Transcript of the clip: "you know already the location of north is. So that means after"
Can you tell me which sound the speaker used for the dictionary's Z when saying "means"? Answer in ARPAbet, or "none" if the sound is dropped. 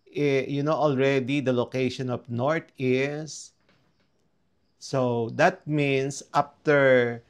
S